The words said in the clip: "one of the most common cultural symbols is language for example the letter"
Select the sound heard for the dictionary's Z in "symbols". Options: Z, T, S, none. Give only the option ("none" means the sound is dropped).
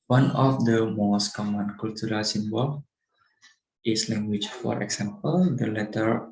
none